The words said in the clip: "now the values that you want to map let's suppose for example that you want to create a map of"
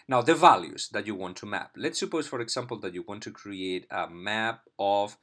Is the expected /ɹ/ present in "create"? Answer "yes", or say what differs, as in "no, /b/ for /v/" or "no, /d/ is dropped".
yes